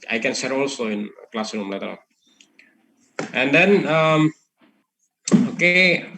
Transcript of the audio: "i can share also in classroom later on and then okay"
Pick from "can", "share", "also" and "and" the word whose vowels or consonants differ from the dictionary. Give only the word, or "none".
share